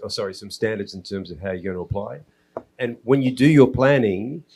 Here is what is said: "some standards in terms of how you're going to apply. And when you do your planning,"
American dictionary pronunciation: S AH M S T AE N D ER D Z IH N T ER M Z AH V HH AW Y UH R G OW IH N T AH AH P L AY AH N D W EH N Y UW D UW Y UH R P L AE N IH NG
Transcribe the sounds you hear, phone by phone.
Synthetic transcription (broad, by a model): S AH M S T AE N D ER D Z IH N T ER M Z AH V HH AW Y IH G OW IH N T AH AH P L AY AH N W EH N Y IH D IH Y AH R P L AE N IH NG